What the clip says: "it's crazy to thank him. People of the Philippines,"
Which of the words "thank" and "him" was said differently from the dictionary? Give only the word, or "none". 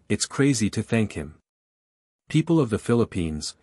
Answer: none